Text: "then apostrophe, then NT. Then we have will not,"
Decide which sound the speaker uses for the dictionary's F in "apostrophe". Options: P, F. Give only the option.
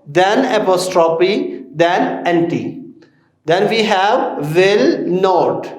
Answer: P